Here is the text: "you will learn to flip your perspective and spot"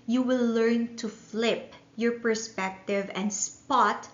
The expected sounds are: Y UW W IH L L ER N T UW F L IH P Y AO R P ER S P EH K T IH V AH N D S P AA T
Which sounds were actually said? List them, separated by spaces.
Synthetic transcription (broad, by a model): Y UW W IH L L ER N T UW F L IH P Y AO R P ER S P EH K T IH V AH N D S P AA T